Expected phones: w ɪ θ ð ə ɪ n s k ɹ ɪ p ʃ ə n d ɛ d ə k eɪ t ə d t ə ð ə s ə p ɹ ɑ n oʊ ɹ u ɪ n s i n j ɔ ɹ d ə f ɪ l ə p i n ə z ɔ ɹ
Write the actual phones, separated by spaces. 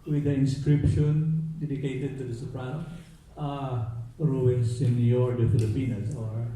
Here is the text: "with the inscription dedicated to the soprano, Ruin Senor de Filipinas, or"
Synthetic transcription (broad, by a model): w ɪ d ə ɪ n s k ɹ ɪ p ʃ ə n d ɛ d ə k eɪ t ə d t ə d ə s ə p ɹ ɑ oʊ ɹ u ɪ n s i n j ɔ ɹ d ə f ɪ l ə p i n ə s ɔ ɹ